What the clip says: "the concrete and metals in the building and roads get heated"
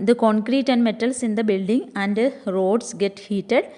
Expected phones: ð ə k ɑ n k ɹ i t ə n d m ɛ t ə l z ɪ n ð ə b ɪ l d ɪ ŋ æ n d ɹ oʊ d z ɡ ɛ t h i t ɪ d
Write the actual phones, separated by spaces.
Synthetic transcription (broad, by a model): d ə k ɑ n k ɹ i t ə n d m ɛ t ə l s ɪ n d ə b ɪ l d ɪ ŋ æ n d ɹ oʊ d s ɡ ɛ t h i t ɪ d